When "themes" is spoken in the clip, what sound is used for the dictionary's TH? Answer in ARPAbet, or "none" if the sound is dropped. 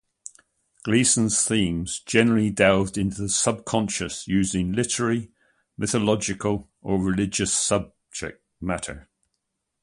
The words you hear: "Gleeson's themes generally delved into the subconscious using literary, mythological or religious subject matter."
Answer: TH